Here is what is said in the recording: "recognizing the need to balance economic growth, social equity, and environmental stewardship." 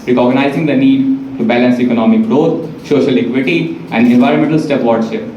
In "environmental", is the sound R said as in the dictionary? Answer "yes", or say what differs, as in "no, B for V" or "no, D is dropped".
yes